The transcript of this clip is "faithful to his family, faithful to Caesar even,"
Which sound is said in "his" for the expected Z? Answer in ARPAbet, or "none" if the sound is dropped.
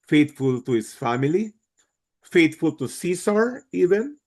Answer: S